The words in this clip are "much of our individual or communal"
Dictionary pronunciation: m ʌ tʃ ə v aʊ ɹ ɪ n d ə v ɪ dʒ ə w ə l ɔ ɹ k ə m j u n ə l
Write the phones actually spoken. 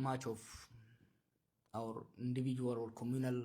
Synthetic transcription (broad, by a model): m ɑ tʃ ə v aʊ ɹ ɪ n d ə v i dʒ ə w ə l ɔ l k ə m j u n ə l